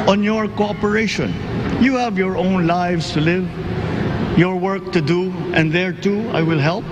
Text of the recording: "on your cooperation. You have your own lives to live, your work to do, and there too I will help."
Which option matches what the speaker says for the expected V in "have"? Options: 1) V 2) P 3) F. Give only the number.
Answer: 1